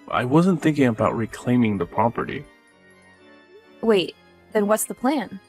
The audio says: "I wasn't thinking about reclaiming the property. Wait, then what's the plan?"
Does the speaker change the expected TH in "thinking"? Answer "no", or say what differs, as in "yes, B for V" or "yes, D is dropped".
no